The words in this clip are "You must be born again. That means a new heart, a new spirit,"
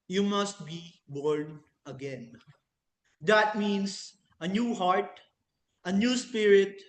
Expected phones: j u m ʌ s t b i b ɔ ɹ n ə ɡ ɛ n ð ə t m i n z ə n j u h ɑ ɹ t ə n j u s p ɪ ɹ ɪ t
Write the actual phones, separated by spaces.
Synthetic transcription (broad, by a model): j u m ʌ s t b i b ɔ ɹ n ə ɡ ɛ n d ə t m i n s ə n j u h ɑ ɹ t ə n j u s p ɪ ɹ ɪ t